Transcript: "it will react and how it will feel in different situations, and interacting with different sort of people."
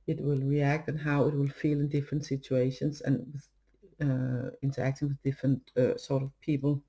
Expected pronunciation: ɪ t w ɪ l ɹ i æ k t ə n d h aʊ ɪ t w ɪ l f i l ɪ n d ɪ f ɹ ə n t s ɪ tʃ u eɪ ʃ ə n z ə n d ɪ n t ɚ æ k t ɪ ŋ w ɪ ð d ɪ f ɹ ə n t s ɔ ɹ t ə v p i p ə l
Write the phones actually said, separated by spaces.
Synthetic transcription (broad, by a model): ɪ t w ɪ l ɹ i æ k t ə n h aʊ ɪ t w ɪ l f i l ɪ n d ɪ f ɹ ə n t s ɪ tʃ u eɪ ʃ ə n z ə n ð ɪ n t ɚ æ k t ɪ ŋ w ɪ ð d ɪ f ɹ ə n t s ɔ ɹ t ə v p i p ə l